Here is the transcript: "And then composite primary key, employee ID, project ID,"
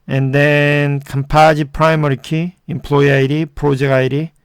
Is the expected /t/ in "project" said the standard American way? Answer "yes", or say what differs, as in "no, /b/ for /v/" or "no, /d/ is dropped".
no, /t/ is dropped